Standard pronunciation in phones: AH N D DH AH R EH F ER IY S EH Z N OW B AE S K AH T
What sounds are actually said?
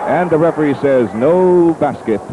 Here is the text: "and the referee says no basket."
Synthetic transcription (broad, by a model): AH N DH AH R EH F ER IY S EH Z N OW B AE S K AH T